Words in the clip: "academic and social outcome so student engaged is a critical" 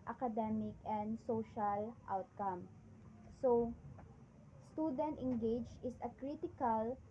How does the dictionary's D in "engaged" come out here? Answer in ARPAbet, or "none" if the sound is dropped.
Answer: none